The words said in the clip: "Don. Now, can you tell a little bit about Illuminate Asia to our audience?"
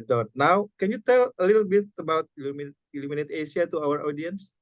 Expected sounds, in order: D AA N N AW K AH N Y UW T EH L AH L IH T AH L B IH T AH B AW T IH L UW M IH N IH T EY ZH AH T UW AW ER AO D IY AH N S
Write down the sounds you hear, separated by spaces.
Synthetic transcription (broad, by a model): D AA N N AW K AH N Y UW T EH L AH L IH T L B IH T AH B AW T IH L UW M IH N IH T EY S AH T UW AW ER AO D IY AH N S